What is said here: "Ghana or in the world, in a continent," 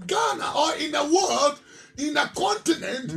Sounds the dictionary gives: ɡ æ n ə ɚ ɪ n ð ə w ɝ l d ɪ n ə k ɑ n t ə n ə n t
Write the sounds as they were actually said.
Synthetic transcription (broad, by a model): ɡ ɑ n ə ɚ ɪ n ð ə w ɝ l d ɪ n ə k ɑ n t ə n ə n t